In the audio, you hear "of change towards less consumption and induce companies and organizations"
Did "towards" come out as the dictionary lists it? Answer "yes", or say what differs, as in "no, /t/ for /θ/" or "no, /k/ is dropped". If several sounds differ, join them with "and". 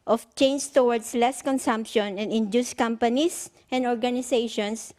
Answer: no, /s/ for /z/